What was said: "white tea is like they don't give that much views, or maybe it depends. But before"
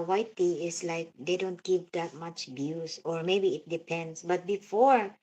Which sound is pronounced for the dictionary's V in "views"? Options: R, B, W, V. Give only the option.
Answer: B